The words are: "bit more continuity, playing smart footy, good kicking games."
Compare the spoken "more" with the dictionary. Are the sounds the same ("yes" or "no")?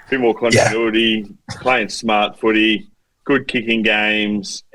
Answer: no